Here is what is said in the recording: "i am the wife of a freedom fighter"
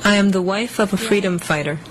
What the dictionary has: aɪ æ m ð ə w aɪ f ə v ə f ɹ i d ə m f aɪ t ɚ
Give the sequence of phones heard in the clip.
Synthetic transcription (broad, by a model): aɪ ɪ m ð ə w aɪ f ə v ə f ɹ i d ə m f aɪ t ɚ